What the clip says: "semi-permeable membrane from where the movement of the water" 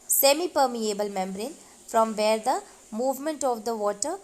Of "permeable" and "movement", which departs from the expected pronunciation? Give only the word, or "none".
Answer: none